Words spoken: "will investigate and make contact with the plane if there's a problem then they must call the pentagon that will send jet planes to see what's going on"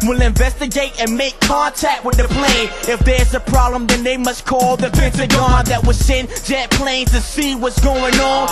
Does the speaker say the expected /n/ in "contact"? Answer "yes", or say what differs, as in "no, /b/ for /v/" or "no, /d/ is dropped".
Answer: yes